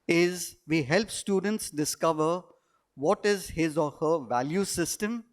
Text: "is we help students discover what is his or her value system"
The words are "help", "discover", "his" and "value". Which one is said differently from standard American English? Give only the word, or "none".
none